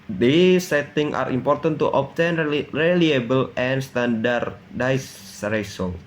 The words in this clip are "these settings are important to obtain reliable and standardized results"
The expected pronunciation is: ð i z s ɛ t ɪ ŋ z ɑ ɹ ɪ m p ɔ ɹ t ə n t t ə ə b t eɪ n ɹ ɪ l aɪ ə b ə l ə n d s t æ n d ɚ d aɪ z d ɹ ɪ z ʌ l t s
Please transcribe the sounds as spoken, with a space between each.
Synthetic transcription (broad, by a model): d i s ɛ t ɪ ŋ ɑ ɹ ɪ m p ɔ ɹ t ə n t t ə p t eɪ n ɹ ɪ l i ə b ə l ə n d s t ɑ n d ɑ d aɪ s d ɹ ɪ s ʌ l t